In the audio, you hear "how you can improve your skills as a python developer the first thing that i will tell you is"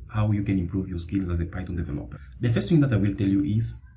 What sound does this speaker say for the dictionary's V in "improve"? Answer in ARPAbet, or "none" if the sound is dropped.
V